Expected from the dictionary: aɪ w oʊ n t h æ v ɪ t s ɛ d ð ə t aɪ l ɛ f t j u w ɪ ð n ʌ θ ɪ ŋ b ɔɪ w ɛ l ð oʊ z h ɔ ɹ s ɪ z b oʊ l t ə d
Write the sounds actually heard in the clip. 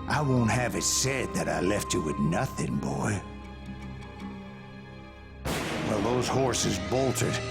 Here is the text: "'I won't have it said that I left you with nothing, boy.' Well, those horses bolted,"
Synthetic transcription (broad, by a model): aɪ w oʊ n t h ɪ v ɪ t s ɛ d ð ə t aɪ l ɛ f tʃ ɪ w ɪ ð n ʌ θ ɪ ŋ b ɔɪ w ɛ l ð oʊ z h ɔ ɹ s ɪ z b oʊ l t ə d